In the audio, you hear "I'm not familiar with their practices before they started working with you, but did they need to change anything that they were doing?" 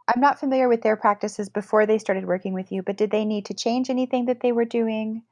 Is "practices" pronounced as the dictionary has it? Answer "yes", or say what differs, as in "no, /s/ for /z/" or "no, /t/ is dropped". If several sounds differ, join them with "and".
yes